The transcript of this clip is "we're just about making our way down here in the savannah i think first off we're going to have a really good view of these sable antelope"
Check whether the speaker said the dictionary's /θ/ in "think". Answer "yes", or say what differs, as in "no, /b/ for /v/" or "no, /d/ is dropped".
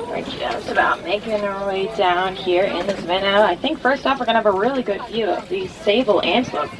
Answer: yes